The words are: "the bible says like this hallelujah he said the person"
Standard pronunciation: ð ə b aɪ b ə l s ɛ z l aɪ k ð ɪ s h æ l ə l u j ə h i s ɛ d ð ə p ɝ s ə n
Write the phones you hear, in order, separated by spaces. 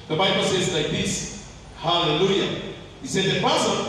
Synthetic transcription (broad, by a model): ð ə b aɪ b ə l s ɛ z l aɪ k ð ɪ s h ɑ l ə l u j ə h i s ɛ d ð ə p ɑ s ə